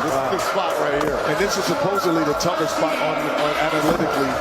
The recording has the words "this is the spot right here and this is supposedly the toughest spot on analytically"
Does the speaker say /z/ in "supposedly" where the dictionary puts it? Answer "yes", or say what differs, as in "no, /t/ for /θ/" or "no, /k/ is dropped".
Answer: yes